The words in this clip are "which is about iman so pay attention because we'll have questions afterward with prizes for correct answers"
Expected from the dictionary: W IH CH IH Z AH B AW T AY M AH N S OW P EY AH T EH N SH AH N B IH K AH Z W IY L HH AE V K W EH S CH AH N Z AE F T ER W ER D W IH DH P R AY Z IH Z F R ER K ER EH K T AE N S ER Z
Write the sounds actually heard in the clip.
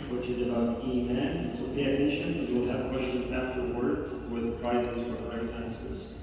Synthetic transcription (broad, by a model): W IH CH IH Z AH B AW T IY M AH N S OW P EY AH T EH N SH AH N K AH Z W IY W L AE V K W EH S CH AH N Z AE F T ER W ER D W IH DH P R AY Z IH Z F R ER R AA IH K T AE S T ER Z